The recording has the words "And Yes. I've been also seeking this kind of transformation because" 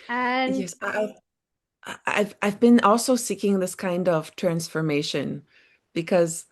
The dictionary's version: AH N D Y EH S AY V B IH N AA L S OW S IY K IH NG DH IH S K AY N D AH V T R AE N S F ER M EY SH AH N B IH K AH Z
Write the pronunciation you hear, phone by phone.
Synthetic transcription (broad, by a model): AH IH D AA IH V AY V B IH N AA L S OW S IY K IH NG DH IH S K AY N D AH V T R AE N S F ER M EY SH AH N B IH K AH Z